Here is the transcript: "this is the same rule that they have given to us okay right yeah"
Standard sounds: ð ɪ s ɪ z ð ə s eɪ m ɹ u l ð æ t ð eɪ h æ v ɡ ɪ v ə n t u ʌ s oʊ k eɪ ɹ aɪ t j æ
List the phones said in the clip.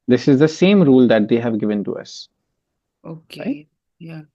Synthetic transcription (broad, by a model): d ɪ s ɪ z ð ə s eɪ m ɹ u l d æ t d eɪ h æ v ɡ ɪ v ə n t u ʌ s oʊ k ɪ j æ